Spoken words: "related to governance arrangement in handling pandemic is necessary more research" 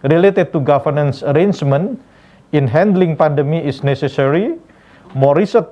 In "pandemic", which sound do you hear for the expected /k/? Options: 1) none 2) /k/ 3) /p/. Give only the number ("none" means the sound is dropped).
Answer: 1